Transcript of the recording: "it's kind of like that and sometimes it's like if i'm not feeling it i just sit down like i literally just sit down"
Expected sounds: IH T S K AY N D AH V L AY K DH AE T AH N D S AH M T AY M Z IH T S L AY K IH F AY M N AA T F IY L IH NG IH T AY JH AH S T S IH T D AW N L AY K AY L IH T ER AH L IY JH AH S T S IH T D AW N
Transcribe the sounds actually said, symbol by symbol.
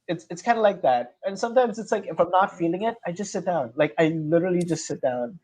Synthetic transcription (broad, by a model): IH T S K AY N D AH L AY K DH AE T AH N S AH M T AY M Z IH T S L AY K IH F AY M N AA T F IY L IH NG IH T AY JH AH S T S IH T D AW N L AY K AY L IH T ER L IY JH AH S T S IH T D AW N